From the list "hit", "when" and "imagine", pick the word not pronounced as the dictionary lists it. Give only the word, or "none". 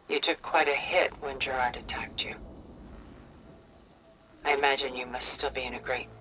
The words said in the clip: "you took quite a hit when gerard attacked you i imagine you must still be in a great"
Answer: none